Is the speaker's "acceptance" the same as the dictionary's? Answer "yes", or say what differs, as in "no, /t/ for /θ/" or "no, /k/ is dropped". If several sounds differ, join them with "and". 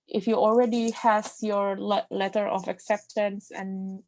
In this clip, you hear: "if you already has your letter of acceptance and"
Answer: yes